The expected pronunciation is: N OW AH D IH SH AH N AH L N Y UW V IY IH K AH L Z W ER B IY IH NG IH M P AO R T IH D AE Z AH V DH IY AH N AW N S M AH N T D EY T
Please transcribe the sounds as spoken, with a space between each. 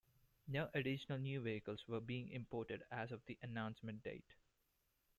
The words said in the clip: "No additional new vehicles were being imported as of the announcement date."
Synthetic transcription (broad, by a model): N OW AH D IH SH AH N AH L N Y UW V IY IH K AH L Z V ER B IY IH NG IH M P AO R T IH D AE Z AH V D IY AH N AW N S M AH N T D EY T